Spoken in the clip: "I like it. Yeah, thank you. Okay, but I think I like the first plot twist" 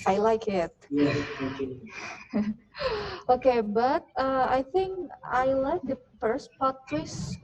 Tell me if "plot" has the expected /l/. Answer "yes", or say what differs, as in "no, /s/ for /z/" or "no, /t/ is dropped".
no, /l/ is dropped